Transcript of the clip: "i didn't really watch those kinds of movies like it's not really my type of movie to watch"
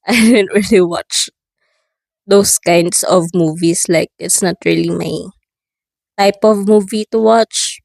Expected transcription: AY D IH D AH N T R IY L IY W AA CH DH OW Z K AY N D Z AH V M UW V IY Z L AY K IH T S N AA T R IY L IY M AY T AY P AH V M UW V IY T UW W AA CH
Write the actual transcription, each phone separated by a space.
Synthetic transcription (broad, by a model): AY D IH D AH N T R IY L IY W AA CH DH OW S K AY N D S AH V M UW V IY S L AY K IH T S N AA T R IY L IY M AY T AY P AH V M UW V IY T UW W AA CH